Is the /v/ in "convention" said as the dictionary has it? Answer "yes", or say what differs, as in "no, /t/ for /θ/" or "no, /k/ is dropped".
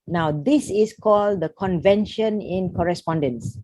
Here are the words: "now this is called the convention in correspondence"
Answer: yes